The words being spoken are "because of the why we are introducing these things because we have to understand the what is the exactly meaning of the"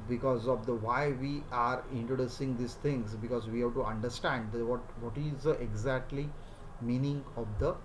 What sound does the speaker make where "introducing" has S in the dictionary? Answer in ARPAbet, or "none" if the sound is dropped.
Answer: S